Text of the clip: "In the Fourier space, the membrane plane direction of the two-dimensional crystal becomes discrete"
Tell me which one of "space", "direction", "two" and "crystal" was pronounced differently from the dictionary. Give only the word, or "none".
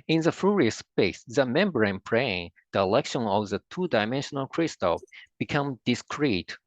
direction